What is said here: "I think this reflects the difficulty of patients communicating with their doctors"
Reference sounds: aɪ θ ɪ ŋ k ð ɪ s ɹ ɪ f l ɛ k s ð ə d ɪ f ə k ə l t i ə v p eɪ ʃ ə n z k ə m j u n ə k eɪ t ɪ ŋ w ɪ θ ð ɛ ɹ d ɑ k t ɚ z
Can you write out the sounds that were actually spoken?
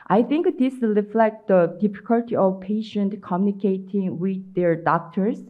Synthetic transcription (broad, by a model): aɪ θ ɪ ŋ k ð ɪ s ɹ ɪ f l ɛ k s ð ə d ɪ f ə k ə l t i ə v p eɪ ʃ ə n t k ə m j u n ə k eɪ t ɪ ŋ w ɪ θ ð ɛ ɹ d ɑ k t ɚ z